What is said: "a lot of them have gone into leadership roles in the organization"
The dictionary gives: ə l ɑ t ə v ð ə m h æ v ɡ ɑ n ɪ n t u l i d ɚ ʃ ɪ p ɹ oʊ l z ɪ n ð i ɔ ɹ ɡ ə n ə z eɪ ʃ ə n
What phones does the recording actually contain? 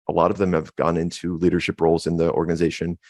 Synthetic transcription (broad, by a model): ə l ɑ t ə v ð ə m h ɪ v ɡ ɑ n ɪ n t u l i d ɚ ʃ ɪ p ɹ oʊ l z ɪ n ð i ɔ ɹ ɡ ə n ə z eɪ ʃ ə n